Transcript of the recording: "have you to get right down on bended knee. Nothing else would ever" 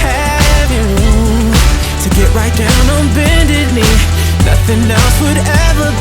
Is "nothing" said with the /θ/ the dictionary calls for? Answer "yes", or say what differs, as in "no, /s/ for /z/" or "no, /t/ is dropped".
yes